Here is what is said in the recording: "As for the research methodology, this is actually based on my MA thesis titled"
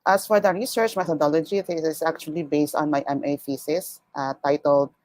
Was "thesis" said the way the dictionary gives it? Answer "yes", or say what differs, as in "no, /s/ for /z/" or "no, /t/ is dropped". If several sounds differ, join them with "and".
no, /f/ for /θ/